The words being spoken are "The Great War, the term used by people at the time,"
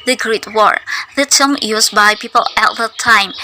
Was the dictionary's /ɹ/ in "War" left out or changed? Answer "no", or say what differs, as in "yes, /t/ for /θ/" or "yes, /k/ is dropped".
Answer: no